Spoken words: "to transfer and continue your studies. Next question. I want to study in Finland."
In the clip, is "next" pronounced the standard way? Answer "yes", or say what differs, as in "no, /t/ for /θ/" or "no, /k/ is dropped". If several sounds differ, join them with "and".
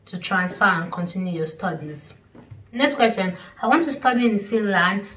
yes